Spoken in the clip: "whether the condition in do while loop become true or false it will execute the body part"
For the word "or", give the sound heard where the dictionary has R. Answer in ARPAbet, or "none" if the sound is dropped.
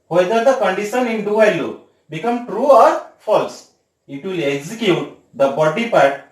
R